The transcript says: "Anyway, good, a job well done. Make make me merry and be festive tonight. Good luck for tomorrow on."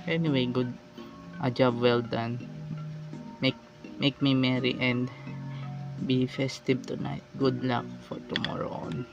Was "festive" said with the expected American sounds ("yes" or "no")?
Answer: no